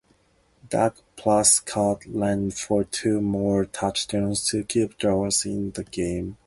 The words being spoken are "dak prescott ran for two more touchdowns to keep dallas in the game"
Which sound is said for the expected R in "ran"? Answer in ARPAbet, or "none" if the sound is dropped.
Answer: L